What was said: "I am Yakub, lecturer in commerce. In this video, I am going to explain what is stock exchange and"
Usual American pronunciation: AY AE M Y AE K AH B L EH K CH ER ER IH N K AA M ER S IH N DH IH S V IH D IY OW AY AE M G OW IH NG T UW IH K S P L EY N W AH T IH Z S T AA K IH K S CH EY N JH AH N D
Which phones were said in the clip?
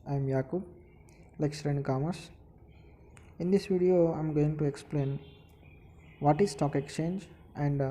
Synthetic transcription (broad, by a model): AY M Y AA K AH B L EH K S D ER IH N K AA M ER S IH N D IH S V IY D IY OW AY M G OW IH NG T UW IH K S P L EY N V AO T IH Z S T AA K IH K S CH EY N JH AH N D